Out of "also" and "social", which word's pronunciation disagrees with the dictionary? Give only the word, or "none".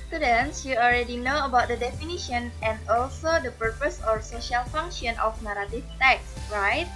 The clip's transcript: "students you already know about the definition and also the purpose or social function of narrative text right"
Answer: none